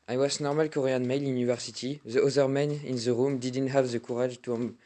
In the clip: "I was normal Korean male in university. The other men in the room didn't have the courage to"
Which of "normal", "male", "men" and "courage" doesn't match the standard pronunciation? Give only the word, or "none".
courage